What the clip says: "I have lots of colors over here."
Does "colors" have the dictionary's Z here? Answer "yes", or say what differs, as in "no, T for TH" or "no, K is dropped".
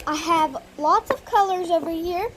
yes